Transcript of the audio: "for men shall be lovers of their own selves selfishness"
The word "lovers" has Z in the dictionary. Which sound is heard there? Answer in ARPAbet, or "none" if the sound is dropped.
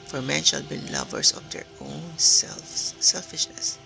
S